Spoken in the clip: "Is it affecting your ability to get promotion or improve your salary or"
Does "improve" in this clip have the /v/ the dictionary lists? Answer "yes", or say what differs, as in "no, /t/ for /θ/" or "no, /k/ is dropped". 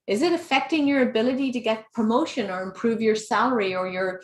yes